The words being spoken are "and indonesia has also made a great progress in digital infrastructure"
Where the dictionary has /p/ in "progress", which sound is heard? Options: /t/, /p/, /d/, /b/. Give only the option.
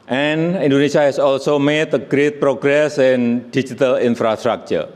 /p/